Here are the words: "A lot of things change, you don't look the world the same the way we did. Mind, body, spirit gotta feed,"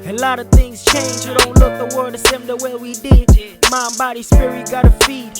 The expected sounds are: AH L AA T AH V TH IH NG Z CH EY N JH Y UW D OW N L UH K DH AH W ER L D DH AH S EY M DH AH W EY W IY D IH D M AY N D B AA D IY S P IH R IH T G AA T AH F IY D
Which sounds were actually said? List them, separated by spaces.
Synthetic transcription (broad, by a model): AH L AA T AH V TH IH NG Z CH EY N JH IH D OW N L UH K DH AH W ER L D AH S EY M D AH W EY W IY D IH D M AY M B AA D IY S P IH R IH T G AA T AH F IY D